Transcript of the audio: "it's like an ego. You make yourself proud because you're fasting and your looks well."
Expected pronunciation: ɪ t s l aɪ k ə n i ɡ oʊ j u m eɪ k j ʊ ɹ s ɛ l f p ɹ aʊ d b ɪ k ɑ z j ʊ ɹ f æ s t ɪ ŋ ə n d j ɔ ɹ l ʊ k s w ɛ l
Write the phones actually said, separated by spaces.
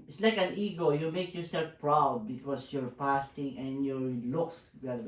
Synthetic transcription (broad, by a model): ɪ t s l aɪ k ə n i ɡ oʊ j u m eɪ k j ʊ ɹ s ɛ l f p ɹ aʊ d b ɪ k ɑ s j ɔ ɹ p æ s t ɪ ŋ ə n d j ɔ ɹ l ʊ k s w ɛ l